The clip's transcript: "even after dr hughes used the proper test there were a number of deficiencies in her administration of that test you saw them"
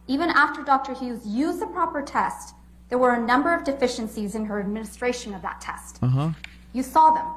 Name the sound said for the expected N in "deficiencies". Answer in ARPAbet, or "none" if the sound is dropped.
N